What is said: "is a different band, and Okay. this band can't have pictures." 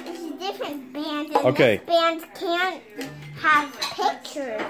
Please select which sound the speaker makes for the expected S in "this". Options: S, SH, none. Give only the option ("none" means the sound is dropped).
none